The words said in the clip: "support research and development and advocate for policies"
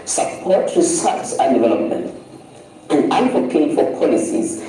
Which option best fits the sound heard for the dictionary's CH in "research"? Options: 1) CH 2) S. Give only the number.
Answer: 2